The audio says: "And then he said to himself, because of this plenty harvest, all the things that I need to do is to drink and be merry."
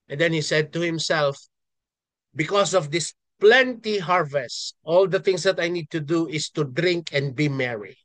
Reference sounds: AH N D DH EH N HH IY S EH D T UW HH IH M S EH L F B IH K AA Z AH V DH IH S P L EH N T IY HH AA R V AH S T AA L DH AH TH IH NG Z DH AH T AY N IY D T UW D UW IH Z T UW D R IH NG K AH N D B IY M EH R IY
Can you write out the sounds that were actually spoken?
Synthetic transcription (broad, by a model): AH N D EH N HH IY S EH D T UW HH IH M S EH L F B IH K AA S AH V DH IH S P L EH N T IY HH AA R V AH S T AA L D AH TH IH NG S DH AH T AY N IY D T UW D UW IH S T UW D R IH NG K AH N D B IY M EH R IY